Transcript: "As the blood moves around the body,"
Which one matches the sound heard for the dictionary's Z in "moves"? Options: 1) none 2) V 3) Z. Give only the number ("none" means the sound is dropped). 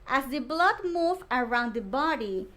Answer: 1